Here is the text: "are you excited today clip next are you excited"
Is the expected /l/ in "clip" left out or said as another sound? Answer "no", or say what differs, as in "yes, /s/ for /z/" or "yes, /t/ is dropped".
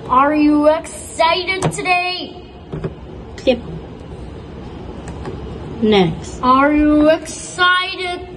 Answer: yes, /l/ is dropped